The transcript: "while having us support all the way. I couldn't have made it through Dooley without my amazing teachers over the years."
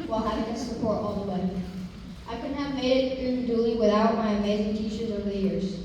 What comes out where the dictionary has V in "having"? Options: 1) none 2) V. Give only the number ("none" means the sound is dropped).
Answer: 1